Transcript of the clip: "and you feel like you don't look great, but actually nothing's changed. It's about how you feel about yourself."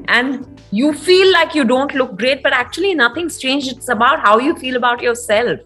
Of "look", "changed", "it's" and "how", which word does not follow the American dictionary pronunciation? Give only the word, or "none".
changed